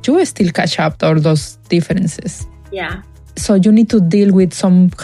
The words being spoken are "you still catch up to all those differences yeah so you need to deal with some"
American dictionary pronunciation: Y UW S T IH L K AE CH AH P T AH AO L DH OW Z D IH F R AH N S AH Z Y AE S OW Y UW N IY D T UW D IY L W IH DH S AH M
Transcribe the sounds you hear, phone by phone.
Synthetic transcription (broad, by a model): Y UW S T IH L K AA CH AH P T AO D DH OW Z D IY F R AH N S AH S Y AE S OW Y UW N IY D T UW D IY L W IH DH S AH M